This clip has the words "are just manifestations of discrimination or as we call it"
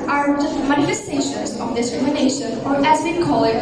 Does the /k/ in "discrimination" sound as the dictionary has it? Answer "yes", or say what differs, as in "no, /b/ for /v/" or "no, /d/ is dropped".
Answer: no, /k/ is dropped